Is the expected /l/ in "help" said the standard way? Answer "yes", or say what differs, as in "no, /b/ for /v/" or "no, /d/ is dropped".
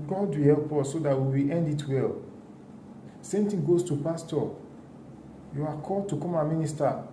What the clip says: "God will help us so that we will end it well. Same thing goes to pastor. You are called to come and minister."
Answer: yes